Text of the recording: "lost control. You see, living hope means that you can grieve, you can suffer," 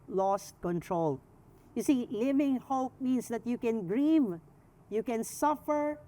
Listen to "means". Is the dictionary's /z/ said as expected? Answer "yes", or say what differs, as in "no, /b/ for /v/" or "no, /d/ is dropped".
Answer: no, /s/ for /z/